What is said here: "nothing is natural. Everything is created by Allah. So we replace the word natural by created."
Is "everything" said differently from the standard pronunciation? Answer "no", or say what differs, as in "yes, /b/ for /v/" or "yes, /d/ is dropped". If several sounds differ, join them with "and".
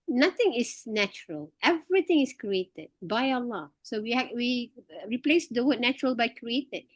yes, /t/ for /θ/